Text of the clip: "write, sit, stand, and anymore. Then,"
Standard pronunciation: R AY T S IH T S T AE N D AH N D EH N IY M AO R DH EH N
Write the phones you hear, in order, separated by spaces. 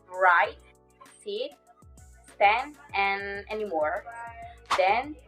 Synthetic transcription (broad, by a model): R AY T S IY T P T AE N AH N EH N IY M AO R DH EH N